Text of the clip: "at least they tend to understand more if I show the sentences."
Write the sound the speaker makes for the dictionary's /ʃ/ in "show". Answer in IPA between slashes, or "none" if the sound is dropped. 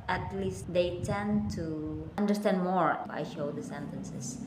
/ʃ/